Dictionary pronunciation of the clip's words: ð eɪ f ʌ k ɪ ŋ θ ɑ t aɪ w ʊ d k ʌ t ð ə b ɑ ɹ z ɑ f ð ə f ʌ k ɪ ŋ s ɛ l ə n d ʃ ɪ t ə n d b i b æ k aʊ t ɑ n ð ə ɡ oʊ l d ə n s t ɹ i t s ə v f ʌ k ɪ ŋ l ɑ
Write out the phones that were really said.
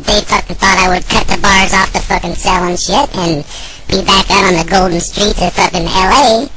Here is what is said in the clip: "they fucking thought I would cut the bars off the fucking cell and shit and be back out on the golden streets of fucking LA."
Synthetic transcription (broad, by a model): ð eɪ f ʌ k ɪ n θ ɑ t aɪ w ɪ d k ʌ t ð ə b ɑ ɹ z ɑ f ð ə f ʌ k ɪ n s ɛ l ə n ʃ ɪ t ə n b i b æ k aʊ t n ð ə ɡ oʊ l d n s t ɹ i t ə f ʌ k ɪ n l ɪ